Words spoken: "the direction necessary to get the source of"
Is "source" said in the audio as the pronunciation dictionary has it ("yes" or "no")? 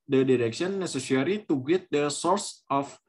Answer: yes